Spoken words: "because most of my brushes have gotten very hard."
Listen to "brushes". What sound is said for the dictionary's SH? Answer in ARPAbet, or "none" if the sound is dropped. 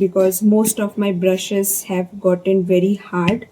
SH